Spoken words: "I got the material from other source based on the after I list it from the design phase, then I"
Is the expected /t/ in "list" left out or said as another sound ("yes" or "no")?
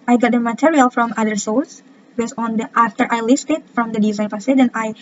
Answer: no